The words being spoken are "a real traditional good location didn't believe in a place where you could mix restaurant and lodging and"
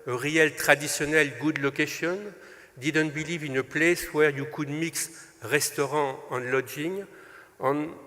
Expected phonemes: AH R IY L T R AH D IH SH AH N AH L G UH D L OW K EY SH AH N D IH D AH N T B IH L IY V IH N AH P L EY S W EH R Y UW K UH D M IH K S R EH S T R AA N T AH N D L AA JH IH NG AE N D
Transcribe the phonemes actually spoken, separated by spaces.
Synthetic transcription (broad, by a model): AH R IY L T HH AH D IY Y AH N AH L G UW D L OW K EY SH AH N D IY D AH N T B IH L IY V IH N AH P L EY S W EH R Y UW K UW D M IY K S R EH S T R AA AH N L AA JH IH NG N